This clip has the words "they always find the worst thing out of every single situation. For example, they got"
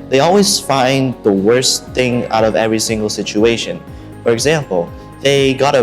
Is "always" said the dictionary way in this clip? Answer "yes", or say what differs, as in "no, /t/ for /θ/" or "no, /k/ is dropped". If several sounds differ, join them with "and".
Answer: yes